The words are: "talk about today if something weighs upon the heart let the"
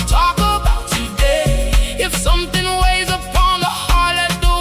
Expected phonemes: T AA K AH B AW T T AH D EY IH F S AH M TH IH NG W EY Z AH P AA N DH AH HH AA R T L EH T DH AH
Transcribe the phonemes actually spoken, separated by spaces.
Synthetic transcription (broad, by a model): T AA K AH B AW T T AH D EY IH F S AH M TH IH NG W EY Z AH P AA N DH AH HH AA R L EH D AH